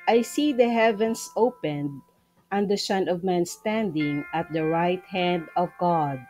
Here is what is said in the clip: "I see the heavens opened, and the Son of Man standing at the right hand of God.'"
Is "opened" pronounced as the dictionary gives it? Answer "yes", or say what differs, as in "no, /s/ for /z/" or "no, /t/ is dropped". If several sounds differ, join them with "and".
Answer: yes